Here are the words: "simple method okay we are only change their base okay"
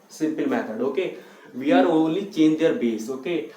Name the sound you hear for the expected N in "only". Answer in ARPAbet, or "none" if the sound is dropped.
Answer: none